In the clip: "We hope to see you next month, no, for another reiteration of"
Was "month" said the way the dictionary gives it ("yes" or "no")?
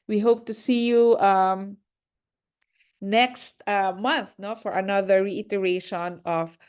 yes